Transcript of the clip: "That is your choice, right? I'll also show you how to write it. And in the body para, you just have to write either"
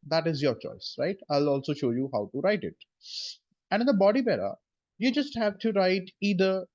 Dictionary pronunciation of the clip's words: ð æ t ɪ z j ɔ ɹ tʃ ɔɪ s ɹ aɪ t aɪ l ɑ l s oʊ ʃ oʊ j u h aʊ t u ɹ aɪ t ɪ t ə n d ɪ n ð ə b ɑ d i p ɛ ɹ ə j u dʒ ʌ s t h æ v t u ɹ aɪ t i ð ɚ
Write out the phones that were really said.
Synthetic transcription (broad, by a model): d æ t ɪ z j ɔ ɹ tʃ ɔɪ s ɹ aɪ t aɪ l ɑ l s oʊ ʃ oʊ j u h aʊ t u ɹ aɪ t ɪ t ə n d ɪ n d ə b ɑ d i b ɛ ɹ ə j u dʒ ʌ s t h æ v t u ɹ aɪ t i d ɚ